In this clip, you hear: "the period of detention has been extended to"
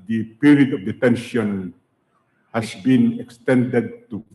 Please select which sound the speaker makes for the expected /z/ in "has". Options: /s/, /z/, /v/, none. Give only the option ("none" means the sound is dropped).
/s/